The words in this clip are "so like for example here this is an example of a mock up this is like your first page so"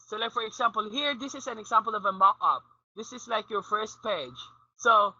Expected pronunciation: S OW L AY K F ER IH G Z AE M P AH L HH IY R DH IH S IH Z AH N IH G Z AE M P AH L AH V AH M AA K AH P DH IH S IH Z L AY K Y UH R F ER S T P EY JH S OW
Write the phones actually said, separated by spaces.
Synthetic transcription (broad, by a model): S OW L AY K F ER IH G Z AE M P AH L HH IY R DH IH S IH Z AH N IH G Z AE M P AH L AH V AH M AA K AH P DH IH S IH Z L AY K Y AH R F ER S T P EY JH S OW